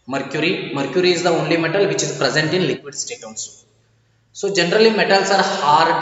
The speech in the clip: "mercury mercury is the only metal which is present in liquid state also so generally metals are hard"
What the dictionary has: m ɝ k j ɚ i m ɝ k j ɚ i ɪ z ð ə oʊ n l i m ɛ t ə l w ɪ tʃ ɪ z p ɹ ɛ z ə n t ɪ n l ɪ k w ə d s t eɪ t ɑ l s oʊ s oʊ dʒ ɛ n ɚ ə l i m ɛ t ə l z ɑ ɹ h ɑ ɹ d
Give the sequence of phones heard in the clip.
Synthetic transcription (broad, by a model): m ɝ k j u i m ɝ k j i ɪ z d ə oʊ n l i m ɛ t ə l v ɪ tʃ ɪ z p ɹ ɛ z ə n t ɪ n l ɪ k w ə d s t eɪ t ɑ n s s oʊ dʒ ɛ n ɚ ə l i m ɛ t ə l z ɑ ɹ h ɑ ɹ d